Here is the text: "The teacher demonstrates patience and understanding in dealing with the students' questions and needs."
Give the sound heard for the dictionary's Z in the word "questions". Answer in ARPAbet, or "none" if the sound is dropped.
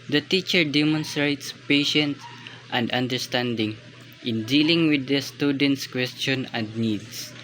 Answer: none